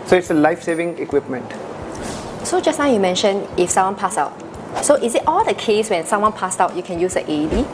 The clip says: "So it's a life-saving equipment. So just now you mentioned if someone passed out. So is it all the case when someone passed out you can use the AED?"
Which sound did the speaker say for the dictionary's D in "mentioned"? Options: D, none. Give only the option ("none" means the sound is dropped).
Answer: none